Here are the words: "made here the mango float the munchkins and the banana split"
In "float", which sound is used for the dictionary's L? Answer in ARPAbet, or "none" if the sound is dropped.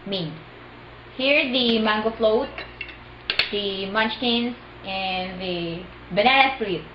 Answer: L